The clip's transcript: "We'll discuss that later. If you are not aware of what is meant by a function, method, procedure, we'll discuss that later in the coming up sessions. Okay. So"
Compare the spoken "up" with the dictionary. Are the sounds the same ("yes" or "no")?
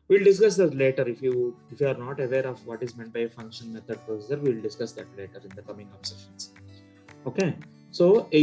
no